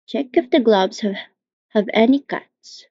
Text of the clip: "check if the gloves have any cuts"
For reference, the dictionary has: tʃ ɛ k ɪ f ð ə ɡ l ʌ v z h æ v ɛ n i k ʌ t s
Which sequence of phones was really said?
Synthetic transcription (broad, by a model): tʃ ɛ k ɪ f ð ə ɡ l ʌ b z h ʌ v ɛ n i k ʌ t s